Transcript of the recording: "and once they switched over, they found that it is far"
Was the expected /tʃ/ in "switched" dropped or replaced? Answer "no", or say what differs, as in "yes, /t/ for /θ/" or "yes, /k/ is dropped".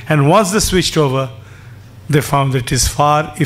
no